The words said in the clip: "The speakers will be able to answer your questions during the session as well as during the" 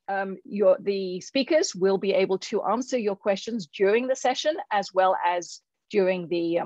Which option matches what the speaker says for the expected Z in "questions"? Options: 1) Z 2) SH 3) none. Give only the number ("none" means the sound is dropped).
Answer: 1